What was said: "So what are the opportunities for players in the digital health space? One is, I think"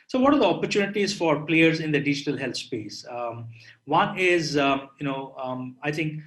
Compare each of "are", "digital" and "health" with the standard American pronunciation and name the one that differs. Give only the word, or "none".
health